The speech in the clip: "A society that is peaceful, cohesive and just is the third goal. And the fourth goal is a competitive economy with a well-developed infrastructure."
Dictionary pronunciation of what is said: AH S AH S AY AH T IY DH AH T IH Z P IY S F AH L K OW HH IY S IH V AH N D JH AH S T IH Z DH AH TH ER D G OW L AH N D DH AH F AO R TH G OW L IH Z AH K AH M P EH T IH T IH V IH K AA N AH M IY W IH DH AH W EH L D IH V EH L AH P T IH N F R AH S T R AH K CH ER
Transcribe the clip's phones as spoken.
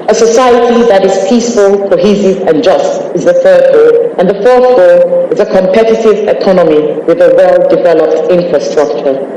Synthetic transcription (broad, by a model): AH S AH S AY AH T IY DH AH T IH Z P IY S F AH L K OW HH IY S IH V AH N JH AH S T IH Z DH AH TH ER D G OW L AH N DH AH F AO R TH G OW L IH Z AH K AH M P EH T IH T IH V IH K AA N AH M IY W IH DH AH W EH L D IH V EH L AH P T IH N F R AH S T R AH K CH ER